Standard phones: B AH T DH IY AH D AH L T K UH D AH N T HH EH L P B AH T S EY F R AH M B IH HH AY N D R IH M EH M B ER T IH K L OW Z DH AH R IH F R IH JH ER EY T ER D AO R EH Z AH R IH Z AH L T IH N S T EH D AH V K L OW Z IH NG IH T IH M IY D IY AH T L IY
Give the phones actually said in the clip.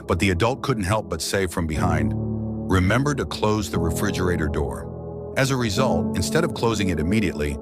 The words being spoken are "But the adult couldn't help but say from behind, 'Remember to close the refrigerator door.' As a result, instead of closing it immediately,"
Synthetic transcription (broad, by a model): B AH T DH IY AH D AH L T K UH D N T HH EH L P B AH T S EY F R AH M B IH HH AY N D R IH M EH M B ER T IH K L OW Z DH AH R IH F R IH JH ER EY T ER D AO R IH Z AH R IH Z AH L T IH N S T EH D AH V K L OW Z IH NG IH T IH M IY D IY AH T L IY